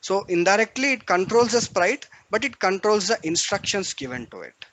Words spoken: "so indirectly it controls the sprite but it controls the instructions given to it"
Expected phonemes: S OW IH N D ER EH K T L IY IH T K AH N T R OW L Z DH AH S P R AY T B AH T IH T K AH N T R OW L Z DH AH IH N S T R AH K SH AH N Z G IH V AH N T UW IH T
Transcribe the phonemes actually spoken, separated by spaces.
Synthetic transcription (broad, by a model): S OW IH N D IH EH K T L IY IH T K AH N T R OW L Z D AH S P R AY T B AH T IH T K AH N T R OW L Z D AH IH N S T R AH K SH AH N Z G IH V AH N T UW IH T